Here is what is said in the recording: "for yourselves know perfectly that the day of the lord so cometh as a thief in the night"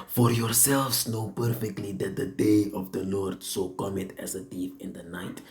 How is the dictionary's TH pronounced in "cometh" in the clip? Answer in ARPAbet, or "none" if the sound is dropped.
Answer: T